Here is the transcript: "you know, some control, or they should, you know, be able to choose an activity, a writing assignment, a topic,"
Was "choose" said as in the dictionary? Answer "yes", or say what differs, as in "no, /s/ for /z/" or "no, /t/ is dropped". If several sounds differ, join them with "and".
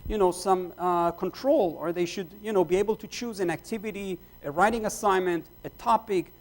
yes